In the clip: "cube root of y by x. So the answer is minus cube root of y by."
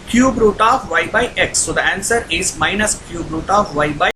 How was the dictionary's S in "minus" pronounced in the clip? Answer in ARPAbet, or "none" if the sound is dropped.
S